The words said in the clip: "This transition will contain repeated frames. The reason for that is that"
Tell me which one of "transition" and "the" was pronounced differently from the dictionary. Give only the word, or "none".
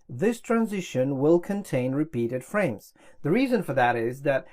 none